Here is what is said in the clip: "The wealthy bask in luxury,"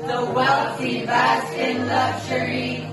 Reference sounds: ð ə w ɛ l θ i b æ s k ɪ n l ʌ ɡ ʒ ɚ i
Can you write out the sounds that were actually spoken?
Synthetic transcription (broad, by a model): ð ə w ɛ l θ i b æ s ɪ n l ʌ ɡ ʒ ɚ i